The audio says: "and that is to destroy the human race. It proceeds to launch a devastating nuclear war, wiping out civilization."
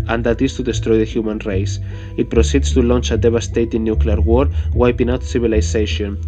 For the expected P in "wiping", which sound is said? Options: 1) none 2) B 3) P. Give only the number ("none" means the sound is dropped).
3